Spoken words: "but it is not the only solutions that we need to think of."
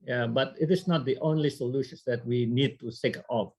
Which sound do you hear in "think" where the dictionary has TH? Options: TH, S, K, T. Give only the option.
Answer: S